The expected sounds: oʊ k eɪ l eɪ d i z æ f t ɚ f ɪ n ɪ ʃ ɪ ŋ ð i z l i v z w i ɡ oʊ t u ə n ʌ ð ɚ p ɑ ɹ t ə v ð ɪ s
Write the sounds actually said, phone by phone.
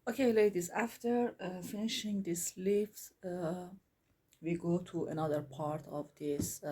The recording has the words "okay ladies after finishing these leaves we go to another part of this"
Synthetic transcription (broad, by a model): oʊ k eɪ l eɪ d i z æ f t ɚ f ɪ n ɪ ʃ ɪ ŋ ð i s l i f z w i ɡ oʊ t u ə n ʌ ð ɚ p ɑ ɹ t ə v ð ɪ s